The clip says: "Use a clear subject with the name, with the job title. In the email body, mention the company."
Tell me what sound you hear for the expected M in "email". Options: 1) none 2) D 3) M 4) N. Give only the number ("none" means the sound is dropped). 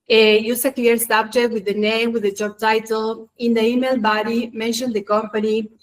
3